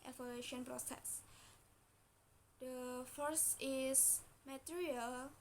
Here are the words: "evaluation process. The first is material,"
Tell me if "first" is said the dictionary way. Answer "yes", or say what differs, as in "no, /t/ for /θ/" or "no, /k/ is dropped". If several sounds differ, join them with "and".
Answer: no, /t/ is dropped